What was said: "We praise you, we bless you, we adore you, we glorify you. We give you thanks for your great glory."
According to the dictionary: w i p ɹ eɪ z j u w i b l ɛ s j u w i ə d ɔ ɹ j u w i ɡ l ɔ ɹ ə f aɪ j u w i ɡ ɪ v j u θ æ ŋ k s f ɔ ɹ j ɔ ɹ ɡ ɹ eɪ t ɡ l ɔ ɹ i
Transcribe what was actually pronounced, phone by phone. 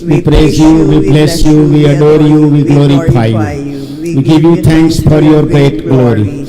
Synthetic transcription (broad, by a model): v i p ɹ eɪ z j u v i b l ɛ s j u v i ə d ɔ ɹ j u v i ɡ l ɔ ɹ ə f aɪ j u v i ɡ ɪ v j u t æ ŋ k s f ɔ ɹ j ɔ ɹ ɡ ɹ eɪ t ɡ l ɔ ɹ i